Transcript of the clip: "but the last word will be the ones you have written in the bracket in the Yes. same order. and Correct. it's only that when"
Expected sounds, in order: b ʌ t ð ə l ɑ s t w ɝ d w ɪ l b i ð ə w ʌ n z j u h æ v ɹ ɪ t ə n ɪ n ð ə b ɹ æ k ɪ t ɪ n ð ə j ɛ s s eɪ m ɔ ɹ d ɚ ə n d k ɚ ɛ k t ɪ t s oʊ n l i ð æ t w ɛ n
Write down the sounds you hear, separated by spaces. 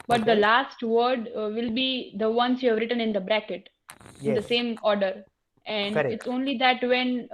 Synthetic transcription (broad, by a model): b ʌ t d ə l ɑ s t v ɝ d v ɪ l b i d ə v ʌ n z j u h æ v ɹ ɪ t ə n ɪ n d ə b ɹ æ k ɪ t ɪ n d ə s s eɪ m ɔ ɹ d ɚ ə n d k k ɪ t s oʊ n l i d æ t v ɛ n